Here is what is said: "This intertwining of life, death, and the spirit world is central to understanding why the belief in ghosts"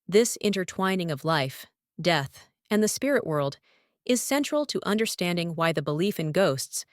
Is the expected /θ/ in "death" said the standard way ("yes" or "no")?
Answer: yes